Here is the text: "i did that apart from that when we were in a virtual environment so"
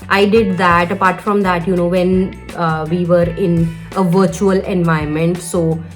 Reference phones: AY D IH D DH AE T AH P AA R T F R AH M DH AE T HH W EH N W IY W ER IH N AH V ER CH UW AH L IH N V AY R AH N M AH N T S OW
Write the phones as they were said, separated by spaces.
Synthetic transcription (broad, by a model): AY D IH D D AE T AH P AA R T F R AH M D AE T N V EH N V IY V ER IH N AH V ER CH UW AH L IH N V AY AH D M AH N T S OW